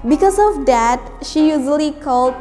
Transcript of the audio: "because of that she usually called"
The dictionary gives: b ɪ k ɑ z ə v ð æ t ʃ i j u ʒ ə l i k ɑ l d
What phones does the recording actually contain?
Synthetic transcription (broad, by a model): b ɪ k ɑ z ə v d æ t ʃ i j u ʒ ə l i k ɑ l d